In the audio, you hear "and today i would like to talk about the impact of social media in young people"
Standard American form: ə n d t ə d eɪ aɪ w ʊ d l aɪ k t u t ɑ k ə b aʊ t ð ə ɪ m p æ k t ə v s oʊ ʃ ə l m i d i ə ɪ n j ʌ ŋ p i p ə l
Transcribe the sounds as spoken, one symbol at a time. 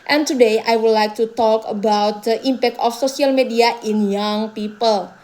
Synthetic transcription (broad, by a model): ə n t ə d eɪ aɪ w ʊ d l aɪ k t u t ɑ k ə b aʊ t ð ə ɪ m p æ k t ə f s oʊ s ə l m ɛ d i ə ɪ n j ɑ ŋ p i p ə l